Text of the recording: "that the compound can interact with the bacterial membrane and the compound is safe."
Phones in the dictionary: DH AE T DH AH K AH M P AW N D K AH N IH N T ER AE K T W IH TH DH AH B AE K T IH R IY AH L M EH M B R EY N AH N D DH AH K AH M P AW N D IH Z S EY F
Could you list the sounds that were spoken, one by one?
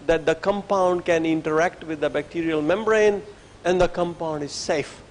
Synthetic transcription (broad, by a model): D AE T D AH K AH M P AW N D K AH N IH N T ER AE K T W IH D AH B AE K T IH R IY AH L M EH M B R EY N AH N D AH K AH M P AW N D IH Z S EY F